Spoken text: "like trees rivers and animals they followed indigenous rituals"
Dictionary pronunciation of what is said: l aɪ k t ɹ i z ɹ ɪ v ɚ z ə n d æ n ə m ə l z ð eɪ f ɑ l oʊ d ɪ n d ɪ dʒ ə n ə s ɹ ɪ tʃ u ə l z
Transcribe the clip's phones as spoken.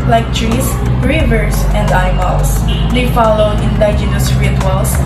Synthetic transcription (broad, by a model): l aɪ k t ɹ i s ɹ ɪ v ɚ s ə n d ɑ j m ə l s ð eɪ f ɑ l oʊ d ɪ n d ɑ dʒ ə n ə s ɹ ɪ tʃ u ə l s